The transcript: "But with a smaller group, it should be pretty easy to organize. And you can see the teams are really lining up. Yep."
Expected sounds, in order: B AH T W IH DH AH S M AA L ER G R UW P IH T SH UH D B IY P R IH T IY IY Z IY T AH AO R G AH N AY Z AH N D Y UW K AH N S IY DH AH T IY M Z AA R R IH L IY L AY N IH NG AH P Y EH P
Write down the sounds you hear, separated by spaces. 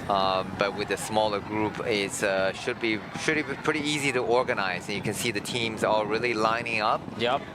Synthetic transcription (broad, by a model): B AH T W IH DH AH S M AA L ER G R UW P IH T SH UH D B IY P R IH T IY IY Z IY T AH AO R G AH N AY Z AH N Y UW K AH N S IY DH AH T IY M Z AA L R IH L IY L AY N IH NG AH P Y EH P